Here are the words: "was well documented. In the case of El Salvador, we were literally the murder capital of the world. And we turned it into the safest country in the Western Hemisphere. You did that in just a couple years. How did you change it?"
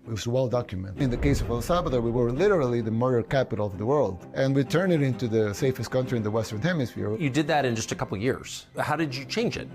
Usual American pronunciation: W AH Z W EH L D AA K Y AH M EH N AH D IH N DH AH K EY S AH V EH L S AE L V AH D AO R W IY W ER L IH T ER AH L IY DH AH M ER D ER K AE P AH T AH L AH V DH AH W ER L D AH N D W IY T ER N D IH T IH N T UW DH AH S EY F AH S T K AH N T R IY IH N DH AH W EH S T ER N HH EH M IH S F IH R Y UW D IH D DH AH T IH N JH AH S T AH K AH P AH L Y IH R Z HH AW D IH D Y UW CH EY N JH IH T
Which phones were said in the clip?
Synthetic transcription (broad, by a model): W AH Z W EH L D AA K Y M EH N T IH N DH AH K EY S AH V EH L S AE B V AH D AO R W IY W ER L IH T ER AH L IY DH AH M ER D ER K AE P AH T L AH V DH AH W ER L D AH N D W IY T ER N IH T IH N T UW DH AH S EY F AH S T K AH N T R IY IH N DH AH W EH S T ER N HH EH M IH S F IH R Y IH D IH D DH AH T IH N JH AH S T AH K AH P L Y IH R Z HH AW D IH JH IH CH EY N JH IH T